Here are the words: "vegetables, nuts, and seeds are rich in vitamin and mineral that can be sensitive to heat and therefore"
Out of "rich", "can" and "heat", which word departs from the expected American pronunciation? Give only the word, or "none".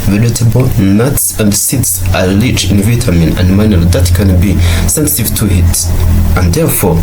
rich